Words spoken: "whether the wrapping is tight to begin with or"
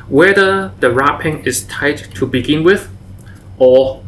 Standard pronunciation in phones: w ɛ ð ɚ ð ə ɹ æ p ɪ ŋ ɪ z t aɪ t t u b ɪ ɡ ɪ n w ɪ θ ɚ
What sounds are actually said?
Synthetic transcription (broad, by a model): w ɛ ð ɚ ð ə ɹ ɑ p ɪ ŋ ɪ s t aɪ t t u b ɪ ɡ ɪ n w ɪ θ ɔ